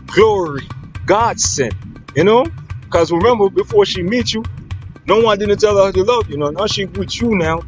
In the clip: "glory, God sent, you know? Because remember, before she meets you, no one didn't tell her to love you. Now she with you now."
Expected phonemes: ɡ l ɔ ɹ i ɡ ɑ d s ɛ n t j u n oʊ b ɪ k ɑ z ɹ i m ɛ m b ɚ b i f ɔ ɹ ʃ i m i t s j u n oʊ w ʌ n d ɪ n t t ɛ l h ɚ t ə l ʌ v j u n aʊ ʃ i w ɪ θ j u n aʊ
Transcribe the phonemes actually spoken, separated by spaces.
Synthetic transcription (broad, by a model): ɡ l ɔ ɹ i ɡ ɑ d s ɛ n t j u n oʊ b k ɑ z ɹ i m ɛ m b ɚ b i f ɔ ʃ i m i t j u n oʊ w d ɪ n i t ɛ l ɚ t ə l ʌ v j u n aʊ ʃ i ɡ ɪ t j u n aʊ